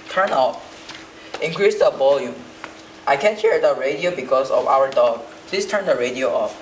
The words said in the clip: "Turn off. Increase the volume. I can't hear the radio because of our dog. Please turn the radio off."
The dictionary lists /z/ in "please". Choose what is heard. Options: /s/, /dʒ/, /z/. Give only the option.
/s/